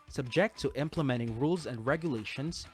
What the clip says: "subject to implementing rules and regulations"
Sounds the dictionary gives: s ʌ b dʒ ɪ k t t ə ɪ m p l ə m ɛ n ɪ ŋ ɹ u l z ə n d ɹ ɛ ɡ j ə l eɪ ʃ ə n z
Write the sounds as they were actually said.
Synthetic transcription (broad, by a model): s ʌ b dʒ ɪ k t t ɪ m p l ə m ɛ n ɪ ŋ ɹ u l z ə n d ɹ ɛ ɡ j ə l eɪ ʃ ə n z